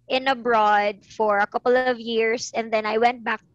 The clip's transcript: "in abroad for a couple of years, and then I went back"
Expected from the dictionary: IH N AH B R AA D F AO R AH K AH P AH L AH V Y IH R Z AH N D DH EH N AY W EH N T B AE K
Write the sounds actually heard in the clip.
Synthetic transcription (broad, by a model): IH N AH B R AA D F AO R AH K AH P AH L AH V Y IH R S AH N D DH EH N AY W EH N T B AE K